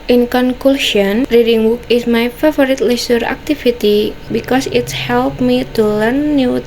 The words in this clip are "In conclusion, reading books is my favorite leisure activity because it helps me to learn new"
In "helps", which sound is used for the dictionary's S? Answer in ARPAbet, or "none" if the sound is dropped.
none